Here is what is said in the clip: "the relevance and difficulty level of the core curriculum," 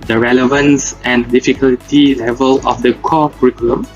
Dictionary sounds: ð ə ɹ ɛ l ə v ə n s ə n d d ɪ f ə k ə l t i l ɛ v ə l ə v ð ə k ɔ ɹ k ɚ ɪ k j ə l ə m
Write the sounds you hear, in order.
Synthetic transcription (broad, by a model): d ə ɹ ɛ l ə v ə n s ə n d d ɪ f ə k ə l t i l ɛ v ə l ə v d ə k ɔ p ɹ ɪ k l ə m